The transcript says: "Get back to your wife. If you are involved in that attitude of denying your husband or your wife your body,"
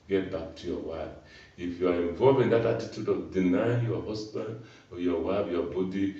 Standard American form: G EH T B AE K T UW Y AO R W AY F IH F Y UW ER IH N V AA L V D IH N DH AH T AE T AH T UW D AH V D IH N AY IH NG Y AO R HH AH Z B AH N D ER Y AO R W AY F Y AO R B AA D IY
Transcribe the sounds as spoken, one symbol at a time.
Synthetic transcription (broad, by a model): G EH T B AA K T UW Y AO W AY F IH F Y UW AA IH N V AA L V IH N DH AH T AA T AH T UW D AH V D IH N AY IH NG Y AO HH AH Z B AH N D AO Y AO W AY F Y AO B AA D IY